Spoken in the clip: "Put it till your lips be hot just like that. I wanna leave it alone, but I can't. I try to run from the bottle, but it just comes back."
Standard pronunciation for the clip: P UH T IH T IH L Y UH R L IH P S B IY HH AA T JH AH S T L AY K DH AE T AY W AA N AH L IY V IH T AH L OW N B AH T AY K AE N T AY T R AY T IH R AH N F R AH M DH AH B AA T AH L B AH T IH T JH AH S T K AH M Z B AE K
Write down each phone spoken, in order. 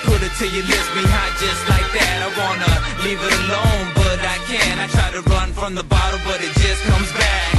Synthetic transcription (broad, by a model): P UH T IH T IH Y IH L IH S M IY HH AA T JH AH S T L AY K DH AE T AY W AA N AH L IY V IH T AH L OW N B AH T AY K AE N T AY T R AY T IH R AH N F R AH M DH AH B AA T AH B AH T IH T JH AH S K AH M Z B AE K